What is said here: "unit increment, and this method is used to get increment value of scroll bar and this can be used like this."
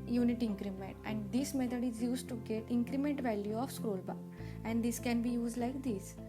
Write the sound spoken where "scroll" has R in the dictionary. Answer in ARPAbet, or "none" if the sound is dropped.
R